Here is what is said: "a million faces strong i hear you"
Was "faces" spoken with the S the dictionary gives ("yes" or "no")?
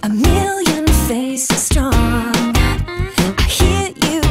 no